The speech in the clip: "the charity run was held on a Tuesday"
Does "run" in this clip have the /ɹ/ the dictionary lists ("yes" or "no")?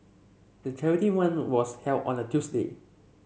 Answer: no